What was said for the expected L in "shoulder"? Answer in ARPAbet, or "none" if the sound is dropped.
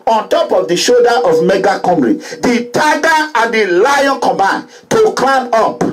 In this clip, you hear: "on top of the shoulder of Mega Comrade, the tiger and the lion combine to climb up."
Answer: none